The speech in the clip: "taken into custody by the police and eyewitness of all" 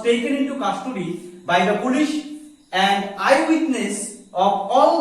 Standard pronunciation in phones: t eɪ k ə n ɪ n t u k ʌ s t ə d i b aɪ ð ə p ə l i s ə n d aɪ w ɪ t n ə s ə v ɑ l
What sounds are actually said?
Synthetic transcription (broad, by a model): t eɪ k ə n ɪ n t u k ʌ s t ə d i b aɪ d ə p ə l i ʃ ə n d aɪ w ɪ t n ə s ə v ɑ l